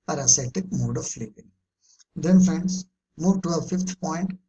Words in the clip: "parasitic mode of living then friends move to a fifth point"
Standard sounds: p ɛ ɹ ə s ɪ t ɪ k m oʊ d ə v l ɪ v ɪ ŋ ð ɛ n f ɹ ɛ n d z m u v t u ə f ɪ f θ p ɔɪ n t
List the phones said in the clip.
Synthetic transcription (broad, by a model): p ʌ ɹ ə s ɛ t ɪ k m oʊ d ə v l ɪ p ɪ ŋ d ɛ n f ɹ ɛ n d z m u v t u ə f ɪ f t p ɔɪ n t